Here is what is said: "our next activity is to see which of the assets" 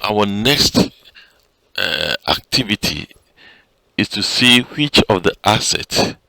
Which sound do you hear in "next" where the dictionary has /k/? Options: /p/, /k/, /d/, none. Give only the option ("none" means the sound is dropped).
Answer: /k/